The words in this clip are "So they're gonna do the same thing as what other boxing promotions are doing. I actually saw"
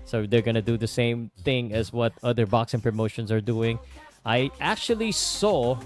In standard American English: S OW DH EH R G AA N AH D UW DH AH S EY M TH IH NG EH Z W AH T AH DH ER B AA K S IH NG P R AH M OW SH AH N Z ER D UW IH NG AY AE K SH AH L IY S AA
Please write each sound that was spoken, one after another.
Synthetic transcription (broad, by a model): S OW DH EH R G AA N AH D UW DH AH S EY M TH IH NG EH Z W AH T AH DH ER B AA K S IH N P R AH M OW SH AH N Z ER D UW IH NG AY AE K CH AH L IY S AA